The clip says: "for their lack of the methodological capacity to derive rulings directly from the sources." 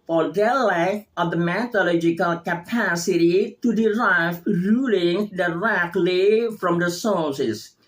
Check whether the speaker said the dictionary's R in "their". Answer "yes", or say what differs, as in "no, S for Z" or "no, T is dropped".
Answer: no, L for R